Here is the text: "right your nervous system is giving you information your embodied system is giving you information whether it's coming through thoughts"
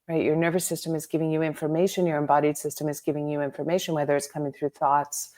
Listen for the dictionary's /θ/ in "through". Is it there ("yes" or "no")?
yes